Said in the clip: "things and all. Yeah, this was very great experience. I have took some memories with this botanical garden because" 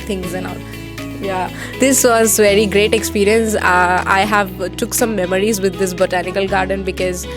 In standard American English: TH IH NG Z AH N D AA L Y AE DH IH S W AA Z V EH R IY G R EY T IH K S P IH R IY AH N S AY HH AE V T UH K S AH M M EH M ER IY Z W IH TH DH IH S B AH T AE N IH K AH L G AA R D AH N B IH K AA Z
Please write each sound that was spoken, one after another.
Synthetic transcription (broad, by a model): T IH NG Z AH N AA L Y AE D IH S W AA Z V EH R IY G R EY T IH K S P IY R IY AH N S AY HH AE V T UH K S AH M M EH M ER IY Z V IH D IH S B AH T AE N IH K AH L G AA R D AH N B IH K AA Z